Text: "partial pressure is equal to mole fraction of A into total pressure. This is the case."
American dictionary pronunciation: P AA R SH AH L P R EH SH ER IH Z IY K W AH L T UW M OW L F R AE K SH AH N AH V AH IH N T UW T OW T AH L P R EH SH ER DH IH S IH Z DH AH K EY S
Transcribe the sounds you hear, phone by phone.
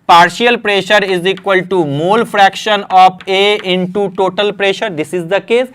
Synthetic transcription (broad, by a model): P AA R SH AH L P R EH SH ER IH Z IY K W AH L T UW M OW L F R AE K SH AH N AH P AH IH N T UW T OW T AH L P R EH SH ER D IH S IH Z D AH K EY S